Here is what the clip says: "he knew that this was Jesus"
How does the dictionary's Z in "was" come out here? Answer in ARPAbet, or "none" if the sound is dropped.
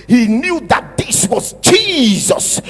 Z